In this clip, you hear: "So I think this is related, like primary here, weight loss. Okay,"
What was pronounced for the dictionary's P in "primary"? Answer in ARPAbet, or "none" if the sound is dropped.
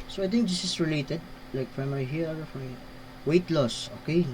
F